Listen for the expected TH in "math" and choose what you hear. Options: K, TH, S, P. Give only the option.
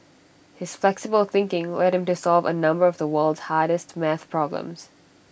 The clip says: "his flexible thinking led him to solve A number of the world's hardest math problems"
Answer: TH